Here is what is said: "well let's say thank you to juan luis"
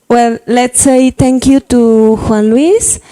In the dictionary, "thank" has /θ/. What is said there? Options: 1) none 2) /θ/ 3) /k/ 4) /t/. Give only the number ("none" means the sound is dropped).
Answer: 4